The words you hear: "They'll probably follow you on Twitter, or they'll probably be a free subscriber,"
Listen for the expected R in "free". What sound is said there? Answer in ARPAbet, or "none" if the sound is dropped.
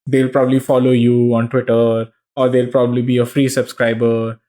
R